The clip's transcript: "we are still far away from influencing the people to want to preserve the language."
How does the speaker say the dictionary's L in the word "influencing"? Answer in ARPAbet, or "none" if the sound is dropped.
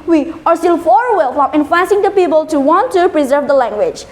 none